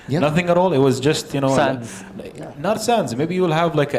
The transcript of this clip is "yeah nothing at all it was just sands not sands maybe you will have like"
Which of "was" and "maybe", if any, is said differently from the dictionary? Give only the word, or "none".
none